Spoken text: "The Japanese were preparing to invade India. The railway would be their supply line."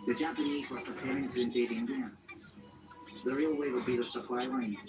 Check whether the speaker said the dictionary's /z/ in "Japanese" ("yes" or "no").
yes